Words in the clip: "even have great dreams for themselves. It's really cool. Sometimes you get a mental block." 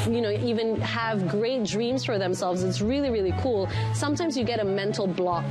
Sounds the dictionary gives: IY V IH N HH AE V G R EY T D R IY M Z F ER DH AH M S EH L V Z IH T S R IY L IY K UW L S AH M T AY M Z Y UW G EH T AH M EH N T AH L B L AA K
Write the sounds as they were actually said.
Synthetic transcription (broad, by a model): IY V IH N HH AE V G R EY T D R IY M Z F ER DH AH M S EH L V Z IH T S R IY L IY K UW L S AH M T AY M Z Y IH G EH T AH M EH N T L B L AA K